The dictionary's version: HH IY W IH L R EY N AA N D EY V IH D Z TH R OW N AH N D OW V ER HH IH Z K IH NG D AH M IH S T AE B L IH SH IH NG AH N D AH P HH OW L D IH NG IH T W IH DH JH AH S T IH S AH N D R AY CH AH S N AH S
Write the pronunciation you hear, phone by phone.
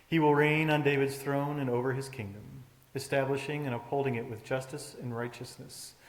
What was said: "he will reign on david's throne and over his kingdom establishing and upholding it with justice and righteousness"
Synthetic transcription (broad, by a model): HH IY W IH L R EY N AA N D EY V IH D Z TH R OW N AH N OW V ER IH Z K IH NG D AH M IH S T AE B L IH SH IH NG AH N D AH P HH OW L D IH NG IH T W IH DH JH AH S T IH S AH N R AY CH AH S N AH S